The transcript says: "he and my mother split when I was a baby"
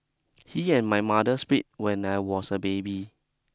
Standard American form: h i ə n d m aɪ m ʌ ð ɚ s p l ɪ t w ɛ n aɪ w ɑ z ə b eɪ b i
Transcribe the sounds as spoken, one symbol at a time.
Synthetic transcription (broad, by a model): h i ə n m aɪ m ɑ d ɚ s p i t w ɛ n aɪ w ɑ s ə b eɪ b i